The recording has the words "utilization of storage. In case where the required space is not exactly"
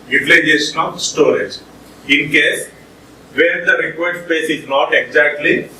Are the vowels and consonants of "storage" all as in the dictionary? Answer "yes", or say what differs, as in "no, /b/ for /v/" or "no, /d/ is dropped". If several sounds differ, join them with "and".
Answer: yes